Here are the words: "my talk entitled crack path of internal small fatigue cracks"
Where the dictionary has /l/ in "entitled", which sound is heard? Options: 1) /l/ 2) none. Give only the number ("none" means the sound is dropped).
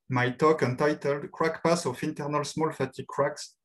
1